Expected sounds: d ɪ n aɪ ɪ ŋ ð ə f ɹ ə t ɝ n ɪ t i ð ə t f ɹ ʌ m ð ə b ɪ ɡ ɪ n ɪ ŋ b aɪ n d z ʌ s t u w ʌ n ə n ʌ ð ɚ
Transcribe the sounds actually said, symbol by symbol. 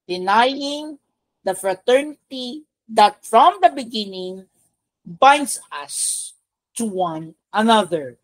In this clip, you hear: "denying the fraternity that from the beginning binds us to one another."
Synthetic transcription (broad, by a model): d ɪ n aɪ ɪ ŋ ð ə f ɹ ə t ɝ n ɪ t i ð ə t f ɹ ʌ m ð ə b ɪ ɡ ɪ n ɪ ŋ b aɪ n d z ʌ s t u w ʌ n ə n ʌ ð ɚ